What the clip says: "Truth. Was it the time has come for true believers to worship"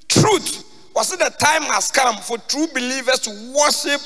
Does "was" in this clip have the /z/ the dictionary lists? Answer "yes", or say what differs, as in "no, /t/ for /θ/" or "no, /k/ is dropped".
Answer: no, /s/ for /z/